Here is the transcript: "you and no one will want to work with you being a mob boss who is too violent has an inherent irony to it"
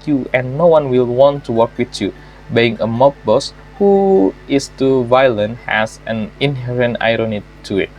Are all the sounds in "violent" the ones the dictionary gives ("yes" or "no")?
yes